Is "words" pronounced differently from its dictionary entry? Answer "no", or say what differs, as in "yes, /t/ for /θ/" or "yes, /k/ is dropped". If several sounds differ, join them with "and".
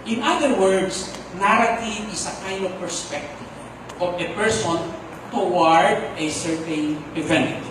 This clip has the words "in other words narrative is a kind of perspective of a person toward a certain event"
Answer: yes, /s/ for /z/